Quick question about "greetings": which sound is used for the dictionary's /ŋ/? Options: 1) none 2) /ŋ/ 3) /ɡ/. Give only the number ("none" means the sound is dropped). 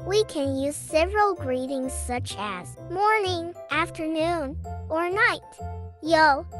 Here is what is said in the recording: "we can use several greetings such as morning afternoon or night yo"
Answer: 2